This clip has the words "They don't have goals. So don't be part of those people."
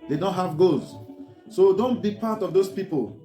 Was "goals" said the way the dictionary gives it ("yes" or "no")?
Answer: no